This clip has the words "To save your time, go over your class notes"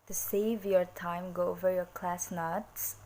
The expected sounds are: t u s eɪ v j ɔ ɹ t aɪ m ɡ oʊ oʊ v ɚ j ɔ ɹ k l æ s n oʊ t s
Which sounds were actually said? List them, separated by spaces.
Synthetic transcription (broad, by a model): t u s eɪ v j ɔ ɹ t aɪ m ɡ oʊ oʊ v ɚ j ɔ ɹ k l æ s n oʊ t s